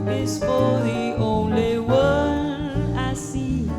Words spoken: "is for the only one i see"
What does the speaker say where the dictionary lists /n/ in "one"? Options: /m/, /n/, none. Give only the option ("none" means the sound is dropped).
none